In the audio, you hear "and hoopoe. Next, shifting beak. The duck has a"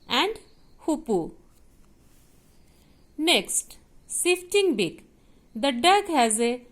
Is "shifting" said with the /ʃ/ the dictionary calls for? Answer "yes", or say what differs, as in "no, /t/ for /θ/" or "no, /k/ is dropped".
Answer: no, /s/ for /ʃ/